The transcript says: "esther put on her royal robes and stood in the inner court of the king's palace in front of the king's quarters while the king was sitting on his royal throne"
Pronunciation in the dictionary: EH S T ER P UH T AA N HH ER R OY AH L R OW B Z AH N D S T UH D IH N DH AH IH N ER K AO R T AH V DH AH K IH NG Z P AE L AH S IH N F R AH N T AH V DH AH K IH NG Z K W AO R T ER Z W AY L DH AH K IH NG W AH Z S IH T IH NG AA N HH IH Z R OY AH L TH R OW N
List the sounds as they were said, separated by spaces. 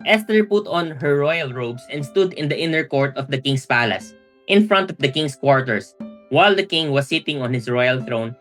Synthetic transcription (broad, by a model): EH S T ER P UH T AA N HH ER R OY AH L R OW B S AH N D S T UH D IH N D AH IH N ER K AO R T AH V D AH K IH NG S P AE L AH S IH N F R AH N T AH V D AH K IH NG S K W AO R T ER S W AY L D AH K IH NG W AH S IH T IH NG AA N HH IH S R OY AH L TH R OW N